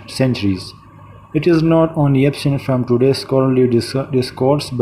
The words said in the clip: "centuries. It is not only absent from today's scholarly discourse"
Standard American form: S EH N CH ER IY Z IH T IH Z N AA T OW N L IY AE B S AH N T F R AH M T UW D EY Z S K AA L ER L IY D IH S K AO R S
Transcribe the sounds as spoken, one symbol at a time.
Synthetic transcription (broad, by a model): S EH N CH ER IY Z IH T IH Z N AA T OW N L IY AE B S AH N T F R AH M T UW D EY S K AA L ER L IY D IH S K AO R S